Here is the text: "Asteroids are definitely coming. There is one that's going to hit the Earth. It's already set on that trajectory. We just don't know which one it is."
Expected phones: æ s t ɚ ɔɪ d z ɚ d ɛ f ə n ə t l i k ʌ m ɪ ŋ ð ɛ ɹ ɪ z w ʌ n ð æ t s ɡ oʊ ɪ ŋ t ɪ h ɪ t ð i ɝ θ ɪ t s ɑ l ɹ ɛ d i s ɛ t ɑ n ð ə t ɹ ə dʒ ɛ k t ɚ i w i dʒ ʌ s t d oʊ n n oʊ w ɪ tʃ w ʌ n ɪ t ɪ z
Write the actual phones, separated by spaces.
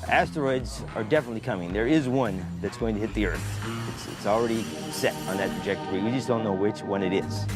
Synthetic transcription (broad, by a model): æ s t ɚ ɔɪ d z ɚ d ɛ f ə n ə t l i k ʌ m ɪ ŋ ð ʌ ɹ ɪ z w ʌ n ð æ t s ɡ oʊ ɪ ŋ t ɪ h ɪ t ð i ɝ θ ɪ t s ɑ l ɹ ɛ d i s ɛ t n ð ə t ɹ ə dʒ ɛ k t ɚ i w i dʒ ʌ s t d oʊ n n oʊ w ɪ tʃ w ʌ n ɪ t ɪ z